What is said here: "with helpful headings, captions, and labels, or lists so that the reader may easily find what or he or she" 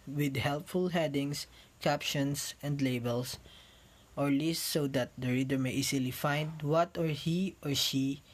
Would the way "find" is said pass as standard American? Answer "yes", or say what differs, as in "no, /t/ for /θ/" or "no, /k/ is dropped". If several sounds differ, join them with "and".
yes